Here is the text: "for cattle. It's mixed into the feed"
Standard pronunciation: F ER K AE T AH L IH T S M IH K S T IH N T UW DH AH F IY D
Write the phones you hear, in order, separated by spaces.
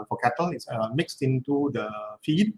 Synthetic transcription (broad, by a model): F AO K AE T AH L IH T S M IH K S T IH N T UW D AH F IY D